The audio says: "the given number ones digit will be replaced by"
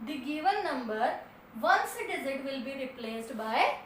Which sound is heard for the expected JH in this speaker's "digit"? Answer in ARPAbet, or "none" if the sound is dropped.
Z